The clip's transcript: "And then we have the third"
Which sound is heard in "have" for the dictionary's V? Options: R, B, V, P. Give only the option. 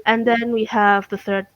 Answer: V